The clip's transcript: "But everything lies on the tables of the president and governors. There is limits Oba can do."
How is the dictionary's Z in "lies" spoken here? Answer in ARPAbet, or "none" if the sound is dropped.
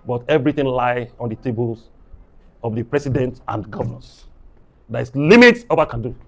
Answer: none